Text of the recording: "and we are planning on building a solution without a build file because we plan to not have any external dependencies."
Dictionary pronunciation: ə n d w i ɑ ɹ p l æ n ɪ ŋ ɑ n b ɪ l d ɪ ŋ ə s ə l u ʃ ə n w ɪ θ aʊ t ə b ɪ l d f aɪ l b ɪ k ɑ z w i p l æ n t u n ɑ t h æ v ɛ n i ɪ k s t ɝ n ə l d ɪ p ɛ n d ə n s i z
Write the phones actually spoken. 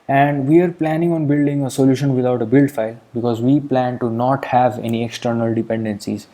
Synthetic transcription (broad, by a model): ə n d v i ɑ ɹ p l æ n ɪ ŋ ɑ n b ɪ l d ɪ ŋ ə s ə l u ʃ ə n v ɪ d aʊ t ə b ɪ l d f aɪ l b ɪ k ɑ z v i p l æ n t u n ɑ t h æ v ɛ n i ɪ k s t ɝ n ə l d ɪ p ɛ n d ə n s i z